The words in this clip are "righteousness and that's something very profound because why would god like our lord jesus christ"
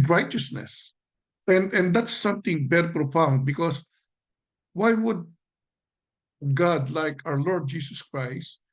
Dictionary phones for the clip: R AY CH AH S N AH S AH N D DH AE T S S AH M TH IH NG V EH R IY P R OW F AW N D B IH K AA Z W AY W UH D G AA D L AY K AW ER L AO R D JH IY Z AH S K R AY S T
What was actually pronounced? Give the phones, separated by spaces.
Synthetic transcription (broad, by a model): R AY CH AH S N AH S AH N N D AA T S S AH M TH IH NG B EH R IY P R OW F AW N D B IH K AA S W AY W UH D G AA D L AY K AW ER L AO R D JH IY S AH S K R AY S T